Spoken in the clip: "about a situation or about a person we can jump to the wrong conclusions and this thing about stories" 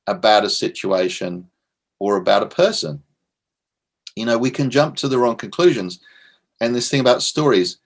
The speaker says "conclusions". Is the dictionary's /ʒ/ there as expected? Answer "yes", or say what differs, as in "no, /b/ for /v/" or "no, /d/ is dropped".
yes